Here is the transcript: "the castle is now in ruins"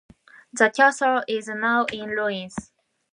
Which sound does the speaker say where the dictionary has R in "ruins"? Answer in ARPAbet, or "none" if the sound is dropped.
L